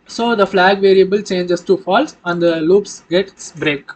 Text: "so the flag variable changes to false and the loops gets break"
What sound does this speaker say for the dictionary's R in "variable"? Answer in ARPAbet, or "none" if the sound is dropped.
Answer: R